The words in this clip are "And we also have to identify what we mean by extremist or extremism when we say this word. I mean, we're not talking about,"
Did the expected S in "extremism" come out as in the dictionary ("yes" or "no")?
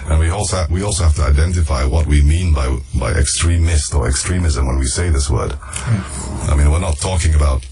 yes